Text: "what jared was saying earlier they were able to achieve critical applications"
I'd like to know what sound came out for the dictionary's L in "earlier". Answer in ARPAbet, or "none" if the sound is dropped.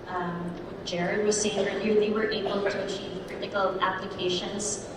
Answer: none